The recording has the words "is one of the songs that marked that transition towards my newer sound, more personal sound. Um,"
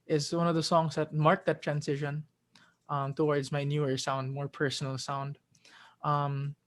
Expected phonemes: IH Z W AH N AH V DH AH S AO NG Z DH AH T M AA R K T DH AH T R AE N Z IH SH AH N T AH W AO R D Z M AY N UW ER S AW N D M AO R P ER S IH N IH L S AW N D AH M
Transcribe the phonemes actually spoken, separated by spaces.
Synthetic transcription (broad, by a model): IH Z W AH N AH V DH AH S AO NG Z DH AH T M AA R K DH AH T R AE N S IH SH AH N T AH W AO R D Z M AY N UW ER S AW N D M AO R P ER S N L S AW N D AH M